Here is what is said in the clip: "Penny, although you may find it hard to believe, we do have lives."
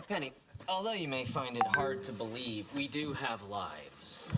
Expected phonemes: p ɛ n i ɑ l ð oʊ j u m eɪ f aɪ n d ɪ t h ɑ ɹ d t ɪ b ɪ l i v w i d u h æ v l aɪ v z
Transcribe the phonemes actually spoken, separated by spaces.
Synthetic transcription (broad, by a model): p ɛ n i ɑ l ð oʊ j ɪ m eɪ f aɪ n d ɪ t h ɑ ɹ d t ɪ b ɪ l i v w i d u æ v l aɪ v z